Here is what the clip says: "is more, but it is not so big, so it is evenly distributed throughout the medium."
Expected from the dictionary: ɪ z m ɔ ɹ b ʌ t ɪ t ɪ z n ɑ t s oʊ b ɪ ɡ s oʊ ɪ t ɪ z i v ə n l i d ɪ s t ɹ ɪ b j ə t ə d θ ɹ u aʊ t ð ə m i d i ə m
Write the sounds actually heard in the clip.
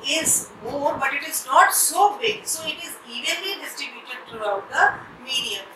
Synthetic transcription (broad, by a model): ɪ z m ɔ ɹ b ʌ t ɪ t ɪ z n ɑ t s oʊ b ɪ ɡ s oʊ ɪ t ɪ z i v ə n l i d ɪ s t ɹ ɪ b j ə t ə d t ɹ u aʊ t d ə m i d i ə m